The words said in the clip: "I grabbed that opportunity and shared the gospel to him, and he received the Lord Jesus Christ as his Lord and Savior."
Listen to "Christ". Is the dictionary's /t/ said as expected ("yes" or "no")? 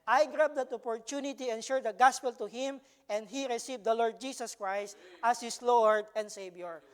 yes